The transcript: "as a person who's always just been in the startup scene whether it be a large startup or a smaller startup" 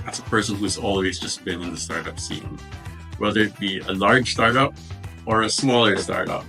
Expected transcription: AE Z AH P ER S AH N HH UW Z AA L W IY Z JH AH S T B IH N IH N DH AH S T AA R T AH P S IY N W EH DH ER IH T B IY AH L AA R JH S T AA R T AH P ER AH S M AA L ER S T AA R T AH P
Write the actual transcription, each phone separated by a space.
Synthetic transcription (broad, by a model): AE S AH P ER S AH N HH UW Z AA L W IY Z JH AH S B IH N IH N DH AH S T AA R T AH P S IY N W EH DH ER IH T B IY AH L AA R JH S T AA R T AH P ER AH S M AA L ER S T AA R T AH P